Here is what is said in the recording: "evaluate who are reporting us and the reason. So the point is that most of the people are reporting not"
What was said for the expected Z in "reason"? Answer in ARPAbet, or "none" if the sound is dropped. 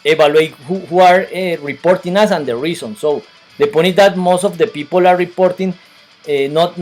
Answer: S